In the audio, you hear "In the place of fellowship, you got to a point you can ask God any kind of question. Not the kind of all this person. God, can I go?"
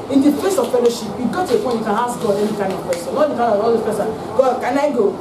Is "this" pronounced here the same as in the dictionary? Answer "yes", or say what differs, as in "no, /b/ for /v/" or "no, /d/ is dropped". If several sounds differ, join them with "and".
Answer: no, /s/ is dropped